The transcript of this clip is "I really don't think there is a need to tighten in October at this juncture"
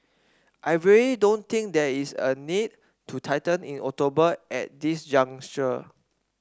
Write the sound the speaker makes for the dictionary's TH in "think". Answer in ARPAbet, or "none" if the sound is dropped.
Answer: T